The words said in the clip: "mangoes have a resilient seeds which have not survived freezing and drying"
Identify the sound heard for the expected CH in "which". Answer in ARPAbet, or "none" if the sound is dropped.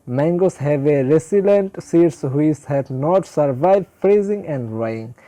S